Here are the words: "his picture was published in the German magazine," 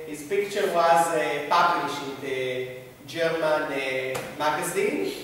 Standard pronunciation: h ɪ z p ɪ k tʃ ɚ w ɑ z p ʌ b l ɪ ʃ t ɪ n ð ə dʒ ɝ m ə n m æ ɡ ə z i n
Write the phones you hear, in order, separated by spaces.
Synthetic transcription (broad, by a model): h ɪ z p ɪ k tʃ ɚ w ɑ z p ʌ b l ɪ ʃ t ɪ n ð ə dʒ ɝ m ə n m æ ɡ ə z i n